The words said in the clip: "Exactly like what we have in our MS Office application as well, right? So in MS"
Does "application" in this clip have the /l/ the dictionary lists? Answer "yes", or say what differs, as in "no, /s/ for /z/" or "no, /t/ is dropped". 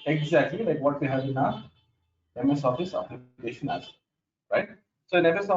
no, /l/ is dropped